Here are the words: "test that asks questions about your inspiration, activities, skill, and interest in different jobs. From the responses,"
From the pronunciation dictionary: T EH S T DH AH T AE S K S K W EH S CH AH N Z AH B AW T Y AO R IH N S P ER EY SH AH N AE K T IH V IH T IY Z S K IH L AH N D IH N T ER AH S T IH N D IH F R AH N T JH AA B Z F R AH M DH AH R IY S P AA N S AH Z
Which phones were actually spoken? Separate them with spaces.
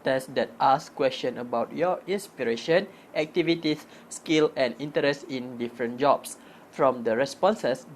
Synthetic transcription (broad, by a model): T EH S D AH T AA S S K W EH S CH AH N AH B AW T Y AO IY N S P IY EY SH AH N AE K T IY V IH T IY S K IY L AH N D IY N T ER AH S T IH N D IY F R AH N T JH AA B S F R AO M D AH R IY S P AA N S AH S